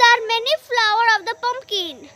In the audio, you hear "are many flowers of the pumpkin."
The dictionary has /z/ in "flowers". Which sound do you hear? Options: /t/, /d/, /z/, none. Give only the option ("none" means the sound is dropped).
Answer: none